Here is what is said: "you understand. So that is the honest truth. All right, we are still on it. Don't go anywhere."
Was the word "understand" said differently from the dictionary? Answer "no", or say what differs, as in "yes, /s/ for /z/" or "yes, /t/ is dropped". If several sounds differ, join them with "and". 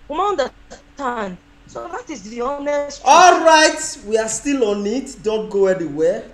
yes, /s/ is dropped